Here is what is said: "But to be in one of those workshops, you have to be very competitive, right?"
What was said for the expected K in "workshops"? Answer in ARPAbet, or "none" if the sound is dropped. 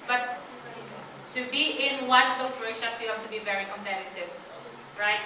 none